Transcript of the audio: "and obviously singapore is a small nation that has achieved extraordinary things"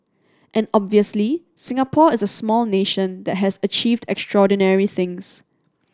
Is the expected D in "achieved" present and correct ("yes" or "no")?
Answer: yes